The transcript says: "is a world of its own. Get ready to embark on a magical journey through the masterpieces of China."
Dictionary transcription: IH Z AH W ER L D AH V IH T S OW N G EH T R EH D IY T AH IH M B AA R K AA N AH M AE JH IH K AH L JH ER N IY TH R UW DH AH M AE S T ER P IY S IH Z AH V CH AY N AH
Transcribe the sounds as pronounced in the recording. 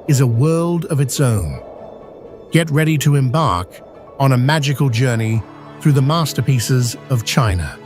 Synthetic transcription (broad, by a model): IH Z AH W ER L D AH V IH T S OW N G EH T R EH D IY T AH IH M B AA R K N AH M AE JH IH K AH L JH ER N IY TH R UW DH AH M AE S T ER P IY S IH Z AH V CH AY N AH